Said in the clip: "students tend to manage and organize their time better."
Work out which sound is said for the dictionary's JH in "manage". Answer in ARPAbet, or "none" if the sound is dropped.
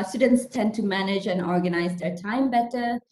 JH